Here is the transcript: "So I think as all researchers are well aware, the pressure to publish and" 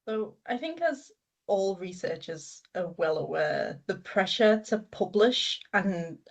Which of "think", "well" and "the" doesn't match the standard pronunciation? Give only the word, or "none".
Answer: none